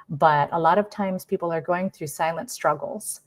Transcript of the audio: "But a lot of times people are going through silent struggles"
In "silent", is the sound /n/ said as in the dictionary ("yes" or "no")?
yes